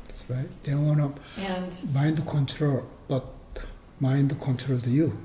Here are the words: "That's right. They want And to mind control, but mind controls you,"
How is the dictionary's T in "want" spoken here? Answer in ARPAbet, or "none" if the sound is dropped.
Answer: none